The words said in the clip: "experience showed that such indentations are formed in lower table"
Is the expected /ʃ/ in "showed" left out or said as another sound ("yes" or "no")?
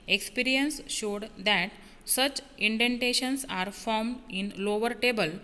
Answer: no